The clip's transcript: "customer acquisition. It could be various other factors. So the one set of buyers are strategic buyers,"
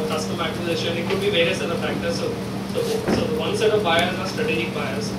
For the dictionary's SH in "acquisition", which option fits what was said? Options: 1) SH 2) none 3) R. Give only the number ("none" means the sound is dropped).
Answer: 2